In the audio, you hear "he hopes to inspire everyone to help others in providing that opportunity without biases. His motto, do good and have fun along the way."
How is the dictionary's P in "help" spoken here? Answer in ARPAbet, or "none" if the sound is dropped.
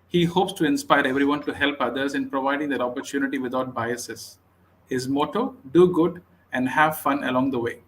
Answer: P